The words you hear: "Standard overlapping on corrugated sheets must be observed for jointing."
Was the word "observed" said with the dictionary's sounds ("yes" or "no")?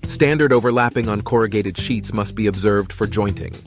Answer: yes